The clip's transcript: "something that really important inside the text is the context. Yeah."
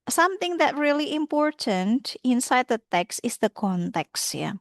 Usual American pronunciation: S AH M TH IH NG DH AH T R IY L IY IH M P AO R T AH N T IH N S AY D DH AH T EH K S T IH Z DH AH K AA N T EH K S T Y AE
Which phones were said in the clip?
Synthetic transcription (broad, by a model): S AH M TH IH NG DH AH T R IY L IY IH M P AO R T AH N T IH N S AY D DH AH T EH K S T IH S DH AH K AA N T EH K S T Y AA